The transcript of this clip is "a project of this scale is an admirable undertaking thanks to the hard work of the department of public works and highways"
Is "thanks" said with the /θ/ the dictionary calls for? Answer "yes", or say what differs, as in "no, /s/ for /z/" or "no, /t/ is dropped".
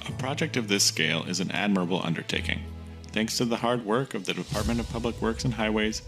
yes